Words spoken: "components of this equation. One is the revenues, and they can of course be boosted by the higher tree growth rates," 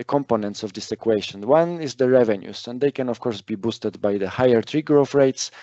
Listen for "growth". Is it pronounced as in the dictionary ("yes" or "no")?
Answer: no